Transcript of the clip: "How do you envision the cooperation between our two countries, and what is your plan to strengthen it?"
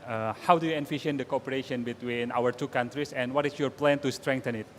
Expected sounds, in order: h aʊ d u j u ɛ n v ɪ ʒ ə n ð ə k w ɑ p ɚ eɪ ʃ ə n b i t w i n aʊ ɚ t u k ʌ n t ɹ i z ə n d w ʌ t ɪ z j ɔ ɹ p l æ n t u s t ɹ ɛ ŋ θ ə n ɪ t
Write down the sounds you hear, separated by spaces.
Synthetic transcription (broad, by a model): h aʊ d u j u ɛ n f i ʃ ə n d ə k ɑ p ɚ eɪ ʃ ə n b i t w i n aʊ ɚ t u k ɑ n t ɹ i s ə n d w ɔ t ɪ s j ɔ ɹ p l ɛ n t u s t ɹ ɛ ŋ t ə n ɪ t